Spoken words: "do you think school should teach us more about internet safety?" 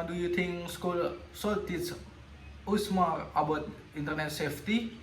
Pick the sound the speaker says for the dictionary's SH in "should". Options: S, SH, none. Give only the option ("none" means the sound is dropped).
S